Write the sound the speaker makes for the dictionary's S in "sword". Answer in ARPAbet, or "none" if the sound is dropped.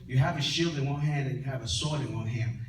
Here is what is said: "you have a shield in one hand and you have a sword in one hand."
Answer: S